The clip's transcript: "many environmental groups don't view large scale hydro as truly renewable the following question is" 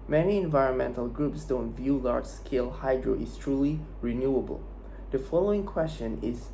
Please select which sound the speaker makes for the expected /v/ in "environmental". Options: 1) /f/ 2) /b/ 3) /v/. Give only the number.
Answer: 3